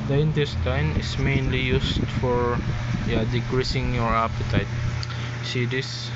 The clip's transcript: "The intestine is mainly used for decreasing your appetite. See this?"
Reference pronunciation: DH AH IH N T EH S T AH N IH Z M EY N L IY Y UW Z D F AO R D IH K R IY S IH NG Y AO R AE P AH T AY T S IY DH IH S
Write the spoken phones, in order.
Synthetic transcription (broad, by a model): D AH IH N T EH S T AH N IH S M EY N L IY Y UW S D F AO R D IH K R IY S IH NG Y AO R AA P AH T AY T S IY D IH S